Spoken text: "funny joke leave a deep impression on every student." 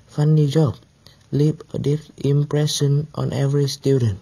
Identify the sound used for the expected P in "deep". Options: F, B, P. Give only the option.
F